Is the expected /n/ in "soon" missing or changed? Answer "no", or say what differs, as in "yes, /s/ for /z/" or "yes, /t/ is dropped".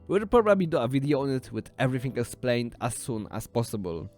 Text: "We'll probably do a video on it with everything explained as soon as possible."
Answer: no